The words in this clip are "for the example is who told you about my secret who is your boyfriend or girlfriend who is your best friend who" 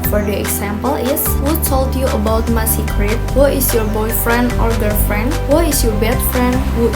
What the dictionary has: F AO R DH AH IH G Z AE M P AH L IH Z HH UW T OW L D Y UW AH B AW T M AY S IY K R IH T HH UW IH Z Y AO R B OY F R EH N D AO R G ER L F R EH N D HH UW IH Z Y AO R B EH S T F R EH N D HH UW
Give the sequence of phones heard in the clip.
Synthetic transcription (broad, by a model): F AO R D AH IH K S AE M P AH L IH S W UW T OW L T Y UW AH B AW T M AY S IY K R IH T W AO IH S Y AO R B OY F R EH N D AO R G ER F R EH N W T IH S Y AO R B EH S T F R EH N D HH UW